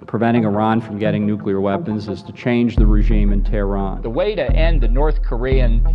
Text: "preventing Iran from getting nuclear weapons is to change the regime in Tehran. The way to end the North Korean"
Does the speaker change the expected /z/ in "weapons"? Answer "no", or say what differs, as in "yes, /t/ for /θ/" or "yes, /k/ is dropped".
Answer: no